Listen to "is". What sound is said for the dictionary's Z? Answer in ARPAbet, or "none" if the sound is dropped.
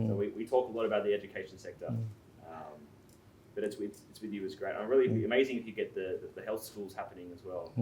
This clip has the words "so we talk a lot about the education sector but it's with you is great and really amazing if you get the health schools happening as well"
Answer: Z